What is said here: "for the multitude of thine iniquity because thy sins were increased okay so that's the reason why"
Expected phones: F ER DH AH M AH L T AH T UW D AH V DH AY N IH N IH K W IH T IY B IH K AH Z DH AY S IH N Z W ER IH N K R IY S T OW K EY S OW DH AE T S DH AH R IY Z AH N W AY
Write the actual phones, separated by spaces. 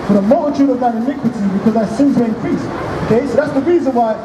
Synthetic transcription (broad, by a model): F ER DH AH M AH L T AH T UW D AH V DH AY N IH N IH K W IH T IY B IH K AH Z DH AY S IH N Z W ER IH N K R IY S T OW K EY S OW DH AE T S DH AH R IY Z AH N W AY